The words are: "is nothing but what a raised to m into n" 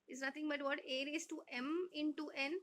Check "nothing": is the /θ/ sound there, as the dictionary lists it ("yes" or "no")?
no